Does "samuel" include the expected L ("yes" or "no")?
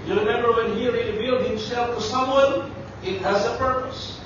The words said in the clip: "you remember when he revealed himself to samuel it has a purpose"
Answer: no